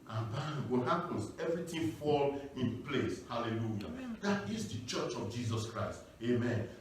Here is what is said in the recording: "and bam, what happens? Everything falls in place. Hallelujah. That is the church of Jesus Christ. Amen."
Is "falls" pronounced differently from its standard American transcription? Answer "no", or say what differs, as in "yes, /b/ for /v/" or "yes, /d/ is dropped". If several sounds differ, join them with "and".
yes, /z/ is dropped